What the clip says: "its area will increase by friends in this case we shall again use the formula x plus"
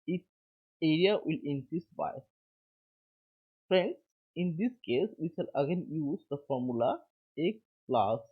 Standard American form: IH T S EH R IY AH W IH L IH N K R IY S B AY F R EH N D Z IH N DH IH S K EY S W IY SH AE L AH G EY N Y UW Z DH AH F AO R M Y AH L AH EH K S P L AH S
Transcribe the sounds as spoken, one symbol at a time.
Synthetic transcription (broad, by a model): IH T EH R IY AH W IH L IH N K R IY S B AY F R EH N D S IH N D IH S K EY S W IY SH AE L AH G EY N Y UW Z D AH F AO R M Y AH L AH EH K P L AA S